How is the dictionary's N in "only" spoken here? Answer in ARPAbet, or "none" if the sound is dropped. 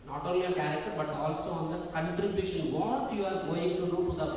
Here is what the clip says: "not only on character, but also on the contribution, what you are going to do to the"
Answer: none